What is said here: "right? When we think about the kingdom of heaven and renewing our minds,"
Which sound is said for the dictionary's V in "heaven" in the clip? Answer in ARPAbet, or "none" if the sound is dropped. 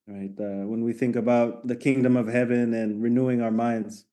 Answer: V